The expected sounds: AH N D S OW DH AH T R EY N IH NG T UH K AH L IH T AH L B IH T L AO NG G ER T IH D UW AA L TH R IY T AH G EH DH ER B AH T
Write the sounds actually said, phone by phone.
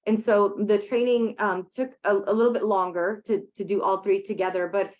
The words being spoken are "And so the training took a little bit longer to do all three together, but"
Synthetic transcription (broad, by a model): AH N S OW DH AH T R EY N IH NG T UH K AH L IH T L B IH T L AO NG G ER T IH D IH AA L TH R IY T AH G EH DH ER B AH T